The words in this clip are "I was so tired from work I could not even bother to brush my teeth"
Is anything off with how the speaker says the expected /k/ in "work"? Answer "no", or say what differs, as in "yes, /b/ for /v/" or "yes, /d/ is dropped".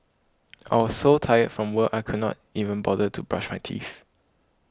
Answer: yes, /k/ is dropped